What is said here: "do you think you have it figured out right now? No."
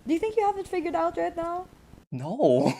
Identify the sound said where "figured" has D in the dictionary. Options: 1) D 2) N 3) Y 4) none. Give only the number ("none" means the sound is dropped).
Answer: 1